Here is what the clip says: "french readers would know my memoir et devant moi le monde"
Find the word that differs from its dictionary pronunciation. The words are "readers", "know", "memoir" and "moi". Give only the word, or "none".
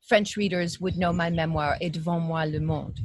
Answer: none